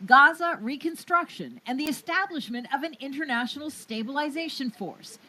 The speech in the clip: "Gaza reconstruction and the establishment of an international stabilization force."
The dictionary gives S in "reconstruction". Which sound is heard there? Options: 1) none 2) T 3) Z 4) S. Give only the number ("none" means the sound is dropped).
4